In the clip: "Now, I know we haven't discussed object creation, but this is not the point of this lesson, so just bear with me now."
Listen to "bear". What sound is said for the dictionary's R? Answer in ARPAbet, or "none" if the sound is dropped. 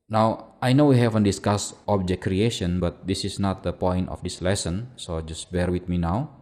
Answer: R